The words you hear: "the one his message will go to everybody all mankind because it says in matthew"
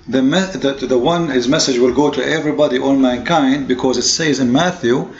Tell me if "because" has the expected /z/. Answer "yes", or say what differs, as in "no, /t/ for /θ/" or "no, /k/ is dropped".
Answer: yes